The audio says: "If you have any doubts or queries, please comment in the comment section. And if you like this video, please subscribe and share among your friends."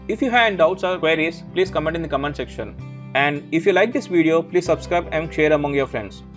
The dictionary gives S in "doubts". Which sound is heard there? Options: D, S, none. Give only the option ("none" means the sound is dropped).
S